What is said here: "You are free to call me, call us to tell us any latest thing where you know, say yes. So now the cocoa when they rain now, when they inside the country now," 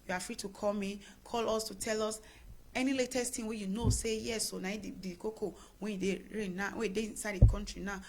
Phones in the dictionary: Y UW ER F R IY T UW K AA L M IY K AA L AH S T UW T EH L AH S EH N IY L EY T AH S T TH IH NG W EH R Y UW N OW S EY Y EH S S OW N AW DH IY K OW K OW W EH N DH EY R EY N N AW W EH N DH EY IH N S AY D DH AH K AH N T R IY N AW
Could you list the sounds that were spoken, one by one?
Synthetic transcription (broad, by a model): Y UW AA F R IY T UW K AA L M IY K AA L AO S T UW T EH L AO S EH N IY L EY T AH S T T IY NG W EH Y UW N OW S EY Y EH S S OW N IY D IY K OW K OW W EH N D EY R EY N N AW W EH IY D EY IH N S AY D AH K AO N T R IY N AW